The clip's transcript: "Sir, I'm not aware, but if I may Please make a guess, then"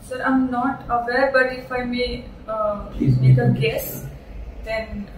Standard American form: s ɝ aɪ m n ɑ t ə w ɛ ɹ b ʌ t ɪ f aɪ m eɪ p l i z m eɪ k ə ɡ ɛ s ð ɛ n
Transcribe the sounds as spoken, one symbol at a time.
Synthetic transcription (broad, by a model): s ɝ aɪ m n ɑ t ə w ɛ ɹ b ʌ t ɪ f aɪ m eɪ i m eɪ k ə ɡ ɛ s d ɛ n